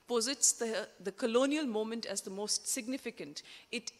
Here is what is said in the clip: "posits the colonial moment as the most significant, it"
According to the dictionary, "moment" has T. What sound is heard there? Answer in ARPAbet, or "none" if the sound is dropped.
T